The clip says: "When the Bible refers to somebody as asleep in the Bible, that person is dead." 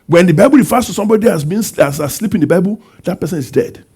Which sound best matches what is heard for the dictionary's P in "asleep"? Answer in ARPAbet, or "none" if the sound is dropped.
P